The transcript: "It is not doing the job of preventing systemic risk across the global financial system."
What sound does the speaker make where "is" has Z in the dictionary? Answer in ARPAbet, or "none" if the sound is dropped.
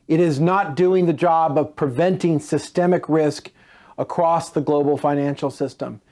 Z